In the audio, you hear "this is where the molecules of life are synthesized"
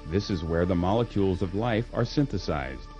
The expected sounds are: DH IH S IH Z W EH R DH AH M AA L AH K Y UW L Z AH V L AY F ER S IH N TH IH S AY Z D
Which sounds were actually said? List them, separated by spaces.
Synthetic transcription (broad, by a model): DH IH S IH Z W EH R DH AH M AA L AH K Y UW L Z AH V L AY F ER S IH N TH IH S AY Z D